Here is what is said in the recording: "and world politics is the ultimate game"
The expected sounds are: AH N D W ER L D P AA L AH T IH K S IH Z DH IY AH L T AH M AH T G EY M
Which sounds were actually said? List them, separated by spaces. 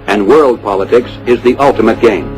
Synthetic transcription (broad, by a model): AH N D W ER L D P AA L AH T IH K S IH Z DH IY AH L T AH M AH T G EY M